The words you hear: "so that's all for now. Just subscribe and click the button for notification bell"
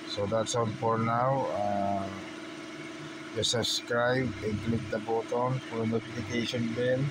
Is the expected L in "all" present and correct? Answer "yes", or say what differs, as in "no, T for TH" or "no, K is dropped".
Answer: no, N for L